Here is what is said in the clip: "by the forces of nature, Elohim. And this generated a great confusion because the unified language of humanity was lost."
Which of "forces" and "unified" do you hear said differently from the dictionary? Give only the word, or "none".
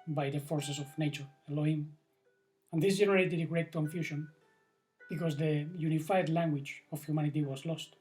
forces